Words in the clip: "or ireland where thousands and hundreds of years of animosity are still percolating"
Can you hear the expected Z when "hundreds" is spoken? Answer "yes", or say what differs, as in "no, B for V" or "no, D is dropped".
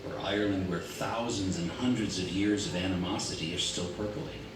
yes